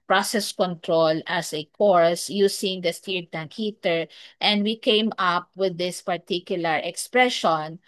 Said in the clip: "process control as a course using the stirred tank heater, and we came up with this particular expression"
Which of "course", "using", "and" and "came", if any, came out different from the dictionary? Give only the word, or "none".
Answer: using